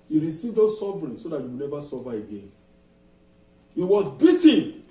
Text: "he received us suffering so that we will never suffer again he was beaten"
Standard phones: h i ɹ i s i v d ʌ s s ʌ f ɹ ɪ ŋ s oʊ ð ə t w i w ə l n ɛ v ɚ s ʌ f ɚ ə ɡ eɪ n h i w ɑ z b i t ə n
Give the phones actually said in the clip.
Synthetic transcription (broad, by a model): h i ɹ i s i v d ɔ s s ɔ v ɹ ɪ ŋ s oʊ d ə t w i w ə n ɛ v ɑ s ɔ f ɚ ə ɡ eɪ n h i w ɑ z b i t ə